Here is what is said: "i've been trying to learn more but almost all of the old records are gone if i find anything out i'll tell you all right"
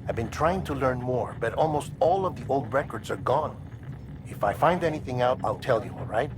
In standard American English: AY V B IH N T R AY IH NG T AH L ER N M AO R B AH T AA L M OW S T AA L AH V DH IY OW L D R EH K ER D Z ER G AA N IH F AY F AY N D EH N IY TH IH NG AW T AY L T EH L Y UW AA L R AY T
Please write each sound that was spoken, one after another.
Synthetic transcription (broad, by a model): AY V B IH N T R AY IH NG T AH L ER N M AO R B AH T AA L M OW S T AA L AH V DH IY OW L D R EH K ER D Z ER G AA N IH F AY F AY N D EH N IY TH IH NG AW T AY L T EH L Y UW AA L R AY T